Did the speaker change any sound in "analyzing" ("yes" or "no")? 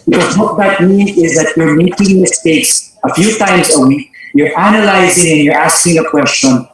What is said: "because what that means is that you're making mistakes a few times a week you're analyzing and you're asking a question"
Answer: no